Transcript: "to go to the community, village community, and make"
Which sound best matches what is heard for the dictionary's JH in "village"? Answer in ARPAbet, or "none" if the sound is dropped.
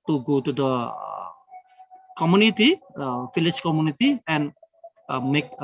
CH